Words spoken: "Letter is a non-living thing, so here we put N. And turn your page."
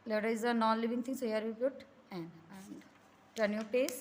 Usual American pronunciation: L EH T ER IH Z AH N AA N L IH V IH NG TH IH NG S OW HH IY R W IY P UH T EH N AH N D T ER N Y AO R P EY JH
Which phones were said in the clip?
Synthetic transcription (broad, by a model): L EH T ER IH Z AH N AA N L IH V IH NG T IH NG S OW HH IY R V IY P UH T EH N AH N D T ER N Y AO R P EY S